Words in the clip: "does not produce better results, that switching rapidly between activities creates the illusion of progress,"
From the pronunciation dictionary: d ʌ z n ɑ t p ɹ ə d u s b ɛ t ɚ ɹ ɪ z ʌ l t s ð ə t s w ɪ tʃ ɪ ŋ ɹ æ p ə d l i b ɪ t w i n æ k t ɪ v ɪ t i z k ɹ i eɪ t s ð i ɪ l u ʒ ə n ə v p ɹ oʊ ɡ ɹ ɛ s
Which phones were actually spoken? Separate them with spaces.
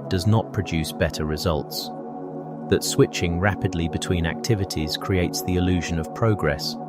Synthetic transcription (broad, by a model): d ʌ z n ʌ t p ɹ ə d u s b ɛ t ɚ ɹ ɪ z ʌ l t s ð ə t s w ɪ tʃ ɪ ŋ ɹ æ p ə d l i b ɪ t w i n æ k t ɪ v ɪ t i z k ɹ i eɪ t s ð i ɪ l u ʒ ə n ə v p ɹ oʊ ɡ ɹ ɛ s